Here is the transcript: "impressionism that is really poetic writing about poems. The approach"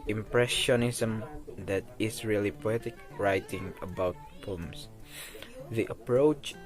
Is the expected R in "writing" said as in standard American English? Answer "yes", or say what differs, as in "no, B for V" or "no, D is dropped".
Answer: yes